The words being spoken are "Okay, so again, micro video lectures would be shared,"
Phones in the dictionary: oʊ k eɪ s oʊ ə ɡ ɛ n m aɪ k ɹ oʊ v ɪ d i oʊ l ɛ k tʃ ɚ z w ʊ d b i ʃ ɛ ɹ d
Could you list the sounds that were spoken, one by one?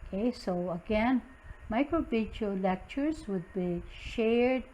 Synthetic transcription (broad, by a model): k eɪ s oʊ ə ɡ ɛ n m aɪ k ɹ oʊ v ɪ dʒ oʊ l ɛ k tʃ ɚ z w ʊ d b i ʃ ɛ ɹ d